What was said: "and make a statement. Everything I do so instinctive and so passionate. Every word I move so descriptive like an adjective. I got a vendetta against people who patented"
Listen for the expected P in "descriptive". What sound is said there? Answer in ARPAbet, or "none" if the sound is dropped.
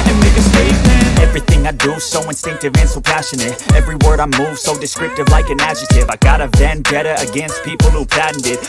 P